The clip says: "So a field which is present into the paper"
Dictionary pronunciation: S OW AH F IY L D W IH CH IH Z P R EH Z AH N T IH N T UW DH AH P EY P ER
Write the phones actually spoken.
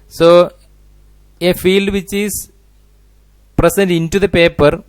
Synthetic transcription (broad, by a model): S OW AH F IY L D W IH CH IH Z P R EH S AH N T IH N T UW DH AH P EY P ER